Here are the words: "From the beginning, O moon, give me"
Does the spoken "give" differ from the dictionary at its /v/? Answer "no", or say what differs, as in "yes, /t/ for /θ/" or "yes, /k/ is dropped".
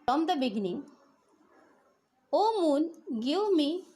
yes, /w/ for /v/